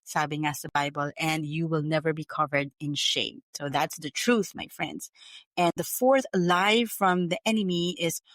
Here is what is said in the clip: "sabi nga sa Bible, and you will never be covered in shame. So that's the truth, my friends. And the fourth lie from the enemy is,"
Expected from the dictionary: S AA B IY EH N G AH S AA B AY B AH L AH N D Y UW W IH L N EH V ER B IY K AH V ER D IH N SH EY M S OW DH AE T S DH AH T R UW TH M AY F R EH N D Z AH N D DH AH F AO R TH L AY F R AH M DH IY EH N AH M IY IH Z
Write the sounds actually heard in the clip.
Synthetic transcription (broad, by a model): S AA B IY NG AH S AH B AY B AH L AH N D Y UW W IH L N EH V ER B IY K AH V ER D IH N SH EY M S OW DH AE T S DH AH T R UW TH M AY F R EH N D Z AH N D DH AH F AO R TH L AY F R AH M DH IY EH N AH M IY IH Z